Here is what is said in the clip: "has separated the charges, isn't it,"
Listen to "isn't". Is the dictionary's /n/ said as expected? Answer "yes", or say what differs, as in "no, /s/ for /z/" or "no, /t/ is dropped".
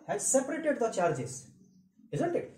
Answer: yes